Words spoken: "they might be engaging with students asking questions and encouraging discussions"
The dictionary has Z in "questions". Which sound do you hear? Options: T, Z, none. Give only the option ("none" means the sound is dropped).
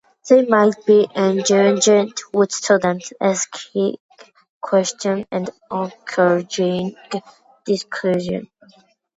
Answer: none